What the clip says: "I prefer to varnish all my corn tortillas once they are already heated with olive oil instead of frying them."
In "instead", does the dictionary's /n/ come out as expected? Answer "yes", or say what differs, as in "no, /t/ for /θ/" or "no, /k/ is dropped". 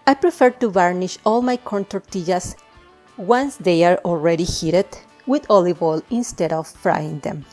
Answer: yes